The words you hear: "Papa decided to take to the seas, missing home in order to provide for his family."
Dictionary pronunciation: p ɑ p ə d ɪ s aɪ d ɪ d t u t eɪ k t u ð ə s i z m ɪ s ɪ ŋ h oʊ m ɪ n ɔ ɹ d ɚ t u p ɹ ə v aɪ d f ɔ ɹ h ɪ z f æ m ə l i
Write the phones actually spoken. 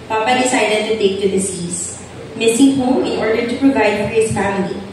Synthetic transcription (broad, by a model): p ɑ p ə d ɪ s aɪ d ɪ d t u t eɪ k t u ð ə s i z m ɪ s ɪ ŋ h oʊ ɪ n ɔ ɹ d ɚ t u p ɹ ə v aɪ d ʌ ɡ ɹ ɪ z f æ m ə l i